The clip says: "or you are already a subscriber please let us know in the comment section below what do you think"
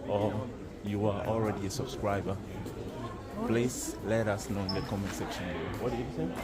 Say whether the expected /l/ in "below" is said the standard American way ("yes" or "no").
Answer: no